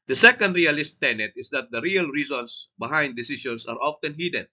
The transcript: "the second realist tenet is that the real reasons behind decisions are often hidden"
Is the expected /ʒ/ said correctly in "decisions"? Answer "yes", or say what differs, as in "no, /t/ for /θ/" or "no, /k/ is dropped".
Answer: no, /s/ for /ʒ/